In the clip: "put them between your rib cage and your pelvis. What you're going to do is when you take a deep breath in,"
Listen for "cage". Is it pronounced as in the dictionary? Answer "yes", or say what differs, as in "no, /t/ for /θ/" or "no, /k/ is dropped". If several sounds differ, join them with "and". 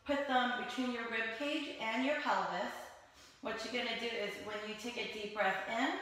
yes